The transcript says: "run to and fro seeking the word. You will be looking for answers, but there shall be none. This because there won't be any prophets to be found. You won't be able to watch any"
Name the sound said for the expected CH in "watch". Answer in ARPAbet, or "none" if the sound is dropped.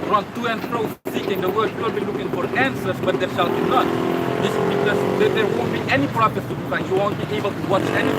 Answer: CH